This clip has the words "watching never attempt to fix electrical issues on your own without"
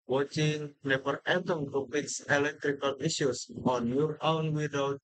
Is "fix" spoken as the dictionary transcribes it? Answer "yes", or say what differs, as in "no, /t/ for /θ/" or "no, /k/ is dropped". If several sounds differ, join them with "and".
no, /p/ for /f/